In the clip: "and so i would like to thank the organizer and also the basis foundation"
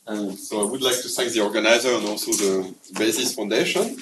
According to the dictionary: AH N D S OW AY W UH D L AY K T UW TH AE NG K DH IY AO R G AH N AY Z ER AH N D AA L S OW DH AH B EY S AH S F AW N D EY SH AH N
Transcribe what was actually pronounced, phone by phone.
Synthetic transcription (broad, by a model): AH S OW AY W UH D L AY K T UW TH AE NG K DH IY AO R G AH N AY Z ER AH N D AA L S OW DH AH B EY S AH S F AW N D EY SH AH N